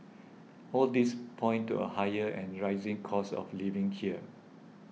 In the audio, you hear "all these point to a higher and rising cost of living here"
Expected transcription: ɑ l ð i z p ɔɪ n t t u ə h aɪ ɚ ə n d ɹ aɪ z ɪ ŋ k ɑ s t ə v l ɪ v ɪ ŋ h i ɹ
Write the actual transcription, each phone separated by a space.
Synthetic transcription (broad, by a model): ɑ l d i s p ɔɪ n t t u ə h aɪ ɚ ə n ɹ aɪ z ɪ ŋ k ɑ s ə f l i v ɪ ŋ h i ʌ